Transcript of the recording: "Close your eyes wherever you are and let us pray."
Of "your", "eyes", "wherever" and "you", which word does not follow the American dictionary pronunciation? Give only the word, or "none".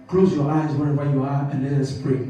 wherever